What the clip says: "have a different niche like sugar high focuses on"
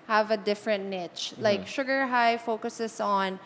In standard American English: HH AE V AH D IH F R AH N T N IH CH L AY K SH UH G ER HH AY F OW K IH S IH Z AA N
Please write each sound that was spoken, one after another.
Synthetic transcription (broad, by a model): HH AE V AH D IH F R AH N T N IH CH L AY K SH UH G ER HH AY F OW K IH S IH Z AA N